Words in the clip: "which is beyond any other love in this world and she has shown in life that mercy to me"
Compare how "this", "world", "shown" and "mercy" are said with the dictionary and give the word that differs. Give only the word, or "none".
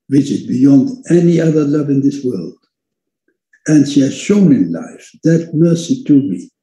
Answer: none